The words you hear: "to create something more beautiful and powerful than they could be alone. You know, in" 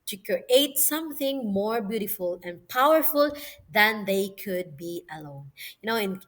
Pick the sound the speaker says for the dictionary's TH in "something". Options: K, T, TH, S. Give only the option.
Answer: TH